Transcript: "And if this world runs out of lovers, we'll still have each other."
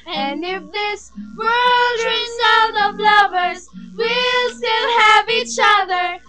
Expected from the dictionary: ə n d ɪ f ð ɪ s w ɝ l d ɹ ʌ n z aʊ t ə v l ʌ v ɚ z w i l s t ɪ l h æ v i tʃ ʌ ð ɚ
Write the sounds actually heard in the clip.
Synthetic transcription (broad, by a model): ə n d ɪ f ð ɪ s w ɝ l d ɹ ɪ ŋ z aʊ t ə v l ʌ v ɚ z w i l s t ɪ l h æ v i tʃ ʌ ð ɚ